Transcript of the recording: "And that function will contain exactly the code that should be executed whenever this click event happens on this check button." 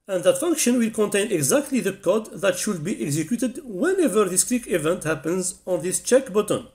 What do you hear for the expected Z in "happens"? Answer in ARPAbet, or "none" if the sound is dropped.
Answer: Z